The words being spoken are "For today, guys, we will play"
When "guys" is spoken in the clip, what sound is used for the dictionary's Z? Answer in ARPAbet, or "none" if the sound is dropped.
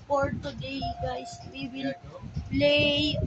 S